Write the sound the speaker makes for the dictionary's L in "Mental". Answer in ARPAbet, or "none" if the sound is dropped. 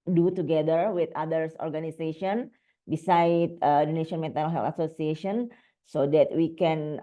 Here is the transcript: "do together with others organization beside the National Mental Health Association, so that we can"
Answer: N